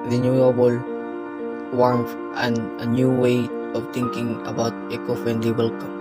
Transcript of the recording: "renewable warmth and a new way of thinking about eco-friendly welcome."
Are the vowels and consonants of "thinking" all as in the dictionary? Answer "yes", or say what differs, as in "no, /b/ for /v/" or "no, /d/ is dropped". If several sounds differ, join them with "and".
no, /t/ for /θ/